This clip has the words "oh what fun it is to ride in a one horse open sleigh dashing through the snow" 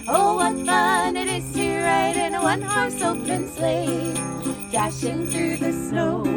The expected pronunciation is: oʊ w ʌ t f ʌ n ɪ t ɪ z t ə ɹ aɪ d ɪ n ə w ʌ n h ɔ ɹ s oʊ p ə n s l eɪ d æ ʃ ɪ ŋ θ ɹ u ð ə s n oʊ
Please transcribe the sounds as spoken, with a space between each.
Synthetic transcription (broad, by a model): oʊ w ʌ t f ʌ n ɪ t ɪ z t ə ɹ aɪ d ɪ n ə w ʌ n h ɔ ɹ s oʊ ə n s l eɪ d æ ʃ ɪ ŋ θ ɹ u ð ə s n oʊ